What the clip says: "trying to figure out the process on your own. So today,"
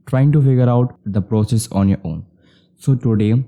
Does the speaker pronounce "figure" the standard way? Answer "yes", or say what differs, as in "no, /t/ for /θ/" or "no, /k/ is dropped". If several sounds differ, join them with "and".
yes